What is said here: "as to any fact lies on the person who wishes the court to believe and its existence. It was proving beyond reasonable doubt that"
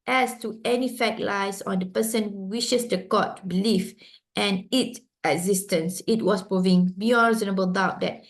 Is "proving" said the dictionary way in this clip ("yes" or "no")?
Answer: yes